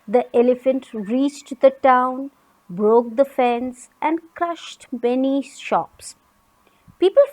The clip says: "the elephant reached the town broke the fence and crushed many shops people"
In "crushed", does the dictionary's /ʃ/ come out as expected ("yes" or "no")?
yes